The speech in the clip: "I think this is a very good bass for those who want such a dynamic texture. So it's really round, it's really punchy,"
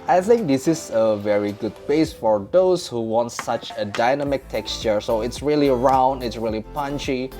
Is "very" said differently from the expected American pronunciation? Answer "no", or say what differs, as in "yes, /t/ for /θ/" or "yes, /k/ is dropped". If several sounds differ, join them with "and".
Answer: no